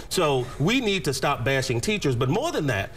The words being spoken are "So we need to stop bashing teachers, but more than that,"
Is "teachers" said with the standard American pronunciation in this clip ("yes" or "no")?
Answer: yes